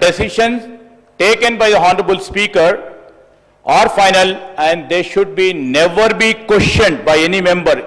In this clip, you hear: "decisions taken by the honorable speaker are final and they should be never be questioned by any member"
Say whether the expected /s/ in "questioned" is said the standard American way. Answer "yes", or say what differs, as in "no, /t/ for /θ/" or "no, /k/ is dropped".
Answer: no, /ʃ/ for /s/